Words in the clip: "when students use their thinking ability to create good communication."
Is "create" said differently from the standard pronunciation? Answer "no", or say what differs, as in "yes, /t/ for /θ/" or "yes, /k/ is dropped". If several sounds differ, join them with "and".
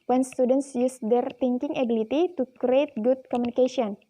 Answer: no